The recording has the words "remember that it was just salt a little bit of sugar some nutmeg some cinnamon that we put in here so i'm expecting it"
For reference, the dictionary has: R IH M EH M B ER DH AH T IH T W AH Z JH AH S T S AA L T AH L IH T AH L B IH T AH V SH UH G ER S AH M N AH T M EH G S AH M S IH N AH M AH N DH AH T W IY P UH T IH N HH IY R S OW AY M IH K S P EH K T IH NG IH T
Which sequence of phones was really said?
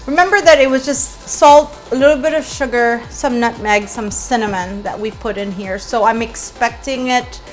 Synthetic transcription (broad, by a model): R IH M EH M B ER DH AH T IH T W AH Z JH AH S T S AA L T AH L IH T L B IH T AH V SH UH G ER S AH M N AH T M EH G S AH M S IH N AH M AH N DH AH T W IY P UH T IH N HH IY R S OW AY M IH K S P EH K T IH NG IH T